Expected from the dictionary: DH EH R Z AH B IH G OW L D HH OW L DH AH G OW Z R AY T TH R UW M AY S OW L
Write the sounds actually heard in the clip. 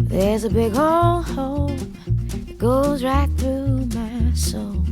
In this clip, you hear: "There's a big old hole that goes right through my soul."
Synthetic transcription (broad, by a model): DH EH R Z AH B IH G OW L HH OW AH G OW Z R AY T TH R UW M AY S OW